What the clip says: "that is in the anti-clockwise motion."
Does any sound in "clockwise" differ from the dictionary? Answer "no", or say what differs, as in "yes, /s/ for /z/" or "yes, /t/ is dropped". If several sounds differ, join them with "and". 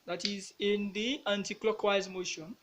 no